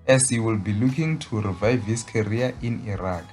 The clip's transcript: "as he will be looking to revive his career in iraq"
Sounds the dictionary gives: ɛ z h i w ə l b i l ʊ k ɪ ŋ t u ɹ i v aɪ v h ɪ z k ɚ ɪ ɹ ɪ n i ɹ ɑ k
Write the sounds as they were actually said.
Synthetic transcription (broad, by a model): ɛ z h i w ə l b i l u k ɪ ŋ t u ɹ i v aɪ v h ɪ s k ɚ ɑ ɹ ɪ n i ɹ ɑ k